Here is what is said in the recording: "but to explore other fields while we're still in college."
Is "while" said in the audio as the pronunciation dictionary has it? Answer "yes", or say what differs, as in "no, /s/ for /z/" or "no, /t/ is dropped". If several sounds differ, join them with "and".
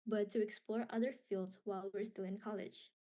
yes